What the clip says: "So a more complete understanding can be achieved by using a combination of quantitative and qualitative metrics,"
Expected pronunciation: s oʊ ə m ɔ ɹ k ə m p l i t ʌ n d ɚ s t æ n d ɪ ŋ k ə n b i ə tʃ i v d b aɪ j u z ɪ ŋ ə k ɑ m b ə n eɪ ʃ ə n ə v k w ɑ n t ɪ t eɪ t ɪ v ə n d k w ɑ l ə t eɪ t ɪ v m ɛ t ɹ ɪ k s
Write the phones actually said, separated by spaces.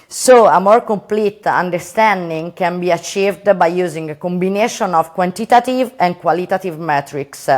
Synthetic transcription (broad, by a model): s oʊ ə m ɔ ɹ k ə m p l i t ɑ n d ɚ s t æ n d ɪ ŋ k ə n b i ə tʃ i v d b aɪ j u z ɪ ŋ ə k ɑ m b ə n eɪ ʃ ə n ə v k w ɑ n t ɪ t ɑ t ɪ v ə n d k w ɑ l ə t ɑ t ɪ v m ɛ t ɹ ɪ k s